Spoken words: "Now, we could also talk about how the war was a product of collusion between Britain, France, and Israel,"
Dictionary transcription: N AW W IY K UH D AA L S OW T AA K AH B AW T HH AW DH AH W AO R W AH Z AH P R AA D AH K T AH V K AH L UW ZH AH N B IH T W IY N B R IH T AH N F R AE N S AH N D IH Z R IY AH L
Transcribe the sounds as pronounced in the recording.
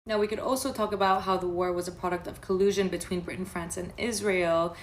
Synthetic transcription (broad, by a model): N AW W IY K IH D AA L S OW T AA K AH B AW T HH AW DH AH W AO R W AH Z AH P R AA D AH K T AH V K AH L UW ZH AH N B IH T W IY N B R IH T N F R AE N S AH N IH Z R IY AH L